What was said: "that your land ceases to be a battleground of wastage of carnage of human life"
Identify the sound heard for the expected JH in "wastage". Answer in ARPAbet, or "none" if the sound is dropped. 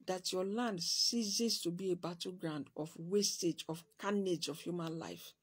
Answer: JH